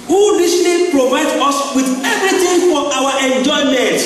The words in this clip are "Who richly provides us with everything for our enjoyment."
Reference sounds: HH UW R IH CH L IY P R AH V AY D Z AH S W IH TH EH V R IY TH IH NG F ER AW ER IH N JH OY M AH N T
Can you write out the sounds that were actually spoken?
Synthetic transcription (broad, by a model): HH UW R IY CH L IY P R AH V AY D AO S W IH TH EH V R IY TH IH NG F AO AW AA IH N JH OY M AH N T